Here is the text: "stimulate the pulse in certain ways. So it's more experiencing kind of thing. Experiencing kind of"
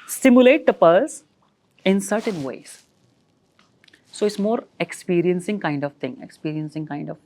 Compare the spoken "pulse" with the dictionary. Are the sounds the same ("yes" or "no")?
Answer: no